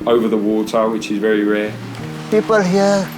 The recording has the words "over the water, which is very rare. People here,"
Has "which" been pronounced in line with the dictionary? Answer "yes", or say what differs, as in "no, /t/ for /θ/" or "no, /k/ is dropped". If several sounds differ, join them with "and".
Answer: yes